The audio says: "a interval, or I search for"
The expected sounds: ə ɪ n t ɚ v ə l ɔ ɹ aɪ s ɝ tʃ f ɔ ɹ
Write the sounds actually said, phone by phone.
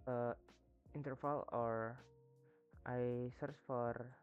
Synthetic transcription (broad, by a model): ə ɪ n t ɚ f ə l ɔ ɹ aɪ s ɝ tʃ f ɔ ɹ